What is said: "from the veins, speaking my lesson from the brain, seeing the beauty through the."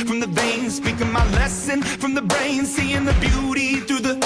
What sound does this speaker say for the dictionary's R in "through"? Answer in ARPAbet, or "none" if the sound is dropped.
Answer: none